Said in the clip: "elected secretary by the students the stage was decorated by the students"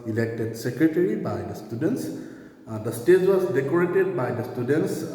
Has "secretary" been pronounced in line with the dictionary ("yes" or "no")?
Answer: yes